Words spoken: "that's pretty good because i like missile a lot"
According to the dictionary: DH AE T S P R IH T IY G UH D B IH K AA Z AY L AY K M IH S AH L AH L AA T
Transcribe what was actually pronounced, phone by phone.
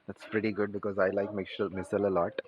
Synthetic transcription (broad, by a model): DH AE T S P R IH T IY G UH D B IH K AA Z AY L AY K M IH S AH L AH L AA T